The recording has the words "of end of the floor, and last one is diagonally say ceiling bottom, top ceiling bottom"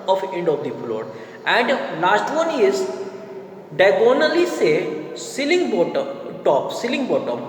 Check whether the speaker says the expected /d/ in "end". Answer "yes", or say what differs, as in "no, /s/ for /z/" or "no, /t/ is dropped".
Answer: yes